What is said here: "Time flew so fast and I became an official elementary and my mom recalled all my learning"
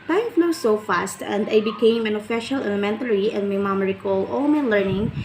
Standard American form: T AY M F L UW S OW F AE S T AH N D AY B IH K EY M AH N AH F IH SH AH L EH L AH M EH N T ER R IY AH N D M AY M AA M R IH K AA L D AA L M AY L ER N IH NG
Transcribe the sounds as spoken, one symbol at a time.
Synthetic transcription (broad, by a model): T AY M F N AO S OW F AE S T AH N D AY B IH K EY M AH N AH F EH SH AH L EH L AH M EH N T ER R IY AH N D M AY M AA M R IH K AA L AA L M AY L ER N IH NG